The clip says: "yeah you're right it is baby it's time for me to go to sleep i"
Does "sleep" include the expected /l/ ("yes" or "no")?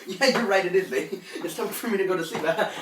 no